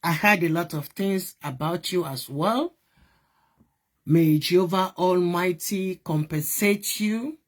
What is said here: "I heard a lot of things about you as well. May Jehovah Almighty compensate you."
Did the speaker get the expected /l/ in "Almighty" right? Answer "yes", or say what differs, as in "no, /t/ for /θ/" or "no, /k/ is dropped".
yes